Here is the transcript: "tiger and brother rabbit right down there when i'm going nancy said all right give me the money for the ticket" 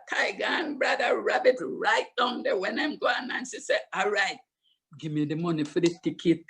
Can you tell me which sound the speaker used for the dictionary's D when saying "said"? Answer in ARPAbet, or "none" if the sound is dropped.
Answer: none